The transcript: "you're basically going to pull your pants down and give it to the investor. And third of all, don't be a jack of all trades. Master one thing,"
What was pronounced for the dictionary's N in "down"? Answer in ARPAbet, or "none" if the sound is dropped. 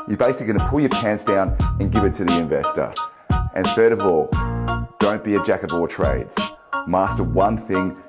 N